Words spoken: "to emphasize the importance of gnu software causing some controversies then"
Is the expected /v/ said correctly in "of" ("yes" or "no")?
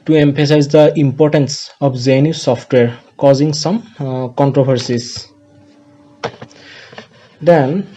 no